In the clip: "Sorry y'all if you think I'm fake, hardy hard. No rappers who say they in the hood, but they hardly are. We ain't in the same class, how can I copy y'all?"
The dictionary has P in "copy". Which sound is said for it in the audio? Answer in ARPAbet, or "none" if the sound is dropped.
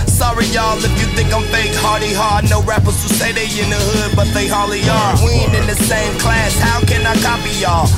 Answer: P